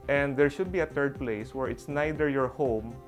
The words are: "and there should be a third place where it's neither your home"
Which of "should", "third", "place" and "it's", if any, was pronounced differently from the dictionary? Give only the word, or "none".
third